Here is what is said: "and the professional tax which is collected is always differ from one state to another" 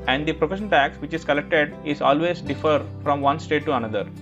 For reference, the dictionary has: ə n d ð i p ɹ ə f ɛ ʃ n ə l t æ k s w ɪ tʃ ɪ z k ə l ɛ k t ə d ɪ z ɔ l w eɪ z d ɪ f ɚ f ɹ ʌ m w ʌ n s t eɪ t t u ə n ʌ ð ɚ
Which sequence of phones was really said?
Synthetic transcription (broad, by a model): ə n d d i p ɹ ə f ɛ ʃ ə n t æ k s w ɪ tʃ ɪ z k ə l ɛ k t ə d ɪ z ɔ l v eɪ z d ɪ f ɚ f ɹ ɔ m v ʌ n s t eɪ t t u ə n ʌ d ɚ